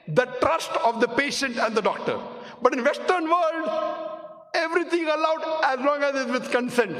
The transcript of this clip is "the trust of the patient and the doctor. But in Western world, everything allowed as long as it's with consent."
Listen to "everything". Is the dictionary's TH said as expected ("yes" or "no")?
no